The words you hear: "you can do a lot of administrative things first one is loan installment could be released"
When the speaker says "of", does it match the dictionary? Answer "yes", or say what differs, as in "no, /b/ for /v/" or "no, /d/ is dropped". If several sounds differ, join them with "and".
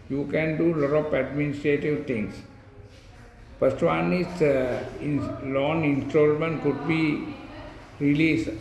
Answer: no, /p/ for /v/